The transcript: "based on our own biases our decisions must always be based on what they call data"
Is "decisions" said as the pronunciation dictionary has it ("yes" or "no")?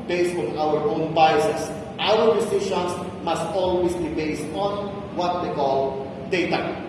no